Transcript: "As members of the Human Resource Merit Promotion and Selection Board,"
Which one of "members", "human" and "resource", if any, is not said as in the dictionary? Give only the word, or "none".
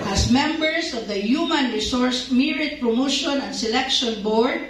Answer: members